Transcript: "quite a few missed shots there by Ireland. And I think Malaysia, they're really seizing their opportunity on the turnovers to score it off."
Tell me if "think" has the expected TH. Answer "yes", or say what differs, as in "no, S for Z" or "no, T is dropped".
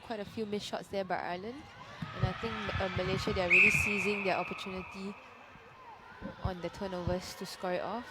no, T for TH